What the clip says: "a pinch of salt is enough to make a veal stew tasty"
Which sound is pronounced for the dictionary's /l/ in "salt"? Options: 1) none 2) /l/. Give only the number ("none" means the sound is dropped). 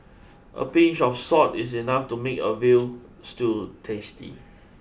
1